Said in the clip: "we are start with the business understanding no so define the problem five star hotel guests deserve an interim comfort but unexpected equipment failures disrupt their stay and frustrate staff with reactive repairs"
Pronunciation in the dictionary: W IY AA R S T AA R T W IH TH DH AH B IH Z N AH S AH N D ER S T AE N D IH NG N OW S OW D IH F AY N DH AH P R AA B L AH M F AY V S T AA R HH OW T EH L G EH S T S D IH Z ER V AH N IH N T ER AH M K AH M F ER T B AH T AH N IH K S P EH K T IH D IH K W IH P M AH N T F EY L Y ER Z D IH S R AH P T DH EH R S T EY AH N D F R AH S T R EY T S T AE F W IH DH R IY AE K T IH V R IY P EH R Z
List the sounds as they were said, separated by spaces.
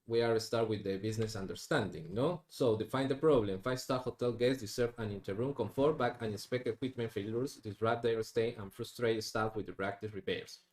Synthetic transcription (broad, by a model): W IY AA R S T AA R T W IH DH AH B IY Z N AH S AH N D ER S T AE N D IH NG N OW S OW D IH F AY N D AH P R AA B L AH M F AY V S T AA HH OW T EH L G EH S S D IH S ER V AH N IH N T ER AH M K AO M F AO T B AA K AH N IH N S P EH K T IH K W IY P M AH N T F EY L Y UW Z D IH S R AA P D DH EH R S T EY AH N F R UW S T R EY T S T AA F W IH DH R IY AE K T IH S R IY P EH R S